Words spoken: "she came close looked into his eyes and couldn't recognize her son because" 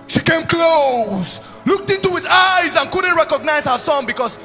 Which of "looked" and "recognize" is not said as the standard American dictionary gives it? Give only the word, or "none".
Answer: none